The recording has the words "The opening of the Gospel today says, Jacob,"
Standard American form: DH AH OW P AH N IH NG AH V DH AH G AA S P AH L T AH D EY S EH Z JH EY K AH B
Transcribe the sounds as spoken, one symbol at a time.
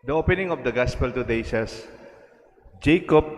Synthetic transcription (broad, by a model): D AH OW P AH N IH NG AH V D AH G AA S P AH L T AH D EY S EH S JH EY K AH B